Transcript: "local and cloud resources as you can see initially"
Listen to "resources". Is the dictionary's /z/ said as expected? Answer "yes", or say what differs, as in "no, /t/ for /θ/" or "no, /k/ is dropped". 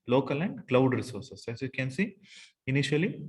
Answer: no, /s/ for /z/